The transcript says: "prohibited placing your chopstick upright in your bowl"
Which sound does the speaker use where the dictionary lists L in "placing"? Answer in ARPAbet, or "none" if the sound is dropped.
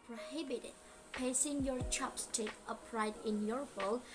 none